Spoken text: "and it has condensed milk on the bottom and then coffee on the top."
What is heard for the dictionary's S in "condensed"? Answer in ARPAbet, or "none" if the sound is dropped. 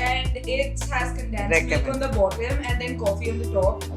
none